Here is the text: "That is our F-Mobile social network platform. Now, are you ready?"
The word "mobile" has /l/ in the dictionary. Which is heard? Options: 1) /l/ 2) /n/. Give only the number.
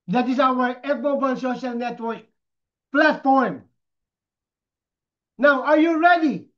2